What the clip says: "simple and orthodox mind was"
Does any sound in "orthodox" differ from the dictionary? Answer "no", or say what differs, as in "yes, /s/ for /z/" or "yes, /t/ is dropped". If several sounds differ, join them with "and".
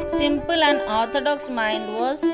yes, /t/ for /θ/